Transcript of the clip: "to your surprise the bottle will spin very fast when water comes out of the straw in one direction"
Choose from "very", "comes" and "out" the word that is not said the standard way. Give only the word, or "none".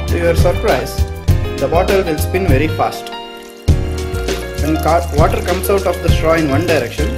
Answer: comes